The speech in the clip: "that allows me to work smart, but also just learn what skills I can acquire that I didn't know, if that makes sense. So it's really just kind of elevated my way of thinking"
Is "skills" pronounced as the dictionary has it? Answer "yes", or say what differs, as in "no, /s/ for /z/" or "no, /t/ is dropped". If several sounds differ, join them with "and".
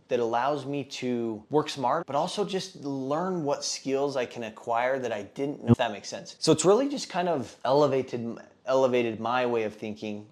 yes